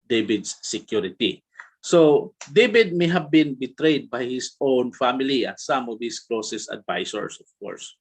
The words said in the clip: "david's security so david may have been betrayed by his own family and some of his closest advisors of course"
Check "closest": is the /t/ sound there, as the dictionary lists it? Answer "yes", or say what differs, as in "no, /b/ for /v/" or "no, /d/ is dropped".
no, /t/ is dropped